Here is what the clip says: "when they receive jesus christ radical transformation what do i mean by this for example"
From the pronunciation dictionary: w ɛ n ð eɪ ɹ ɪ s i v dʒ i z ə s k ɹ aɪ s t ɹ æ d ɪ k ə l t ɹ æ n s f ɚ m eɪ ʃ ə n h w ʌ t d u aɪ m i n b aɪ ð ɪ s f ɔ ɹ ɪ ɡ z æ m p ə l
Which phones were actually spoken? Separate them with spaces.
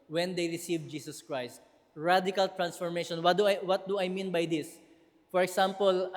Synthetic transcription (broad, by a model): w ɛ n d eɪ ɹ ɪ s i v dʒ i s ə s k ɹ aɪ s t ɹ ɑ d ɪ k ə l t ɹ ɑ n s f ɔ m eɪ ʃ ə n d w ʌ t d u aɪ m i n b aɪ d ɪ s f ɔ ɹ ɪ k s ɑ m p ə l